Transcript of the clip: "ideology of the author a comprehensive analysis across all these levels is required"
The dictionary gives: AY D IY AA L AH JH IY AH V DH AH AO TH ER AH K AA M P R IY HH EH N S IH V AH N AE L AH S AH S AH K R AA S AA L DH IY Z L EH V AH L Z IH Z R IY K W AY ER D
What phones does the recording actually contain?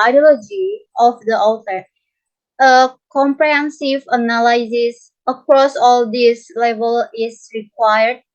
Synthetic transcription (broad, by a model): AY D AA L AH JH IY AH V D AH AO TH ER AH K AA M P R IY HH EH N S IH V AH N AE L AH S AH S AH K R AA S AA L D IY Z L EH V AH L IH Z R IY K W AY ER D